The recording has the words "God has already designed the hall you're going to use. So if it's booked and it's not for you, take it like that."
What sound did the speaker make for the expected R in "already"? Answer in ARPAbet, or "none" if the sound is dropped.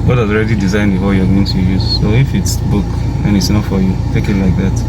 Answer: R